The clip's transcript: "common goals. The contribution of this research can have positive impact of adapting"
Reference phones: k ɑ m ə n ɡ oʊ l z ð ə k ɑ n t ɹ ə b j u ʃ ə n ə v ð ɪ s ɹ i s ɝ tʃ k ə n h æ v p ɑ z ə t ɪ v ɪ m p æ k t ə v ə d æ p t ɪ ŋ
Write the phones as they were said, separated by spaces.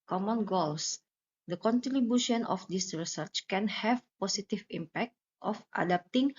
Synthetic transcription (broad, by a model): k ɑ m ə n ɡ oʊ l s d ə k ɑ n t ɹ ə b j u ʃ ə n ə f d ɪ s ɹ i s ɝ tʃ k ə n h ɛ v p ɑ s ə t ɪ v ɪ m p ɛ k t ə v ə d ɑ p t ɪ ŋ